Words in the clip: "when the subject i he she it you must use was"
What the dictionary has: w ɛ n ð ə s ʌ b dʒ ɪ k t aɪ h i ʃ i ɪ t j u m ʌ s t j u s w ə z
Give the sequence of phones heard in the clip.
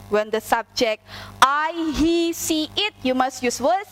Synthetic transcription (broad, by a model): w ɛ n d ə s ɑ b dʒ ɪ k t aɪ h i s i ɪ t j u m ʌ s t j u s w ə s